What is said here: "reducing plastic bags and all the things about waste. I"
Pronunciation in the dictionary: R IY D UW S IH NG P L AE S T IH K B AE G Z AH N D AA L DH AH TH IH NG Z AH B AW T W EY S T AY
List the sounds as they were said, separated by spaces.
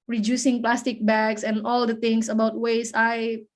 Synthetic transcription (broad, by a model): R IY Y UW S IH NG P L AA S T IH K B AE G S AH N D AA L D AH T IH NG S AH B AW T W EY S AY